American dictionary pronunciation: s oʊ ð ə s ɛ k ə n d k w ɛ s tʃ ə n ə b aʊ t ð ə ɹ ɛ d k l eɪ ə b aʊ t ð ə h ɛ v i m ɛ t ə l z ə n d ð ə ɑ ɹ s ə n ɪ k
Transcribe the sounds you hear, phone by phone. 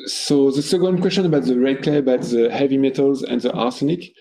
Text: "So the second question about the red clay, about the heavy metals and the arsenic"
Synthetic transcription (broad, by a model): s oʊ ð ə s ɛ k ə n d k w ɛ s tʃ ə n ə b aʊ t ð ə ɹ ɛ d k l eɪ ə b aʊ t ð ə h ɛ v i m ɛ t ə l z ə n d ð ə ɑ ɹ s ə n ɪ k